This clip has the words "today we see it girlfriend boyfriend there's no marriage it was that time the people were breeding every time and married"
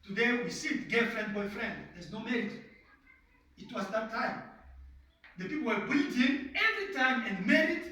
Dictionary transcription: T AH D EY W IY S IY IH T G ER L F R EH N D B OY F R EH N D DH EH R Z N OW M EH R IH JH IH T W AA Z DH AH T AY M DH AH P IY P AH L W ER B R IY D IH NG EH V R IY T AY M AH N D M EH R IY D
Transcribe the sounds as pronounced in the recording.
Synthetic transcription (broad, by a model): T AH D EY W IY S IY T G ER F R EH N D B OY F R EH N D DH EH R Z N OW M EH R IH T IH T W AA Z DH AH T AY M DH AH P IY P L W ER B IY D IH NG EH V R IY T AY M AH N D M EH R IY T